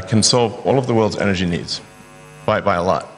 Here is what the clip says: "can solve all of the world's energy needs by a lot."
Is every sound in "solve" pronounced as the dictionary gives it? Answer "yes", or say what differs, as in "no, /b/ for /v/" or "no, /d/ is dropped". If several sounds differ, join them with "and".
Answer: yes